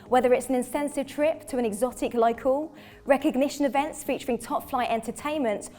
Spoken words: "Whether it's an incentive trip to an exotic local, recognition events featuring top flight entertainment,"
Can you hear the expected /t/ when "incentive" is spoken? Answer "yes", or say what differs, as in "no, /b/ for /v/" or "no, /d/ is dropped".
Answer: no, /s/ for /t/